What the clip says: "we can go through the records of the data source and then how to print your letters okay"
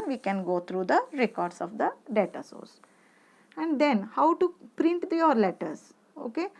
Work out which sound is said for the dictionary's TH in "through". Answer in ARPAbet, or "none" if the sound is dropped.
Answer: T